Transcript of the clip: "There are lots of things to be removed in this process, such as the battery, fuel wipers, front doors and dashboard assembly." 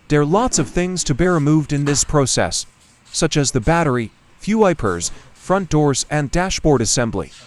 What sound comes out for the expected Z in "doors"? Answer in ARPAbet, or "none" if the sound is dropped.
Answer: Z